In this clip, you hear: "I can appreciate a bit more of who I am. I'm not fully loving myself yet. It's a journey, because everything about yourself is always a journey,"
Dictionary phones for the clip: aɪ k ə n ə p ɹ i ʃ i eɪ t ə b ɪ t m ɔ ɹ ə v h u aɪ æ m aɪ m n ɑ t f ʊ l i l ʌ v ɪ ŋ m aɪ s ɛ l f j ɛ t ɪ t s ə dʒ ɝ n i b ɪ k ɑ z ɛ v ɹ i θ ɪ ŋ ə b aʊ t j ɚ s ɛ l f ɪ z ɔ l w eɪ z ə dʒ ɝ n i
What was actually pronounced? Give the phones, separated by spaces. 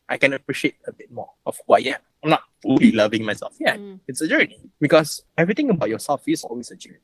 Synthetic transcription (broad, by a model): aɪ k ə n ə p ɹ i ʃ i eɪ t ə b ɪ t m ɔ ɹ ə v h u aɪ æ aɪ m n ɑ t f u l i l ʌ v ɪ ŋ m aɪ s ɛ l f j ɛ ɪ t s ə dʒ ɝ n i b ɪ k ɑ s ɛ v ɹ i t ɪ ŋ ə b aʊ t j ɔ s ɛ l f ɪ s ɔ l w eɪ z ə dʒ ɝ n i